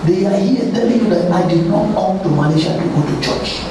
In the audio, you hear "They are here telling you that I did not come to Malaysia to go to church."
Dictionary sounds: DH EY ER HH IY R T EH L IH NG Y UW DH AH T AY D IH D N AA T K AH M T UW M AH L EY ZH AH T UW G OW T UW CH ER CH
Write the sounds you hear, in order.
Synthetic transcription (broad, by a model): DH EY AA HH IY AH T EH L IH NG Y UW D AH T AY D IH D N AA T K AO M T UW M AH N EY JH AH T UW G OW T UW CH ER CH